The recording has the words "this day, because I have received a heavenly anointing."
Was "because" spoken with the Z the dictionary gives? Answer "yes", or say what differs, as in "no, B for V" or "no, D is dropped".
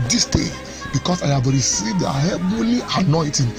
no, S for Z